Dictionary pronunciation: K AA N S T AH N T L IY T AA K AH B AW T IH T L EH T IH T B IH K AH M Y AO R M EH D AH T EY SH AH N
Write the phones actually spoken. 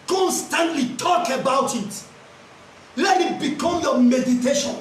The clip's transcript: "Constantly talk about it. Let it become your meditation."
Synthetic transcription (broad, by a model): K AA N S T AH N T L IY T AA K AH B AW T IH T L EH T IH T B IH K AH M Y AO M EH D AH T EY SH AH N